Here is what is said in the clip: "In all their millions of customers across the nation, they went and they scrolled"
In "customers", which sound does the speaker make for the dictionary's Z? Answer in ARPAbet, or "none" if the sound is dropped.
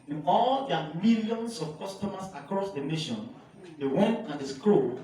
S